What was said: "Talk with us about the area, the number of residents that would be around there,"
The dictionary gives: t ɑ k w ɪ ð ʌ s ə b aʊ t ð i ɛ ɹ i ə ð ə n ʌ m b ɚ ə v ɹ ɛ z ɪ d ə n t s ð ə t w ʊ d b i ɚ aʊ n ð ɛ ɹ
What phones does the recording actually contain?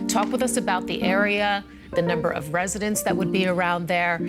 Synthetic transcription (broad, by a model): t ɑ k w ɪ ð ʌ s ə b aʊ t ð i ɛ ɹ i ə ð ə n ʌ m b ɚ ə v ɹ ɛ z ɪ d ə n t s ð ə t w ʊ d b i ɚ aʊ n ð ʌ ɹ